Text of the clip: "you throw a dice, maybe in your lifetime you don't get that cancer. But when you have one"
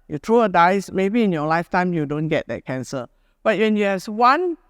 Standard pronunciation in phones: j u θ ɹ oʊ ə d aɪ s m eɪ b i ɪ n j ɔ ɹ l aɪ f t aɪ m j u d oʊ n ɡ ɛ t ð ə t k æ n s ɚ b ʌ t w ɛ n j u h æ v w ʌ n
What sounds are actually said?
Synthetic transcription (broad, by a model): j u t ɹ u ə d aɪ s m eɪ b i ɪ n j ɔ l aɪ f t aɪ m j u d oʊ n ɡ ɛ t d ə t k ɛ n s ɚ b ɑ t w ɛ n j u h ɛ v w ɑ n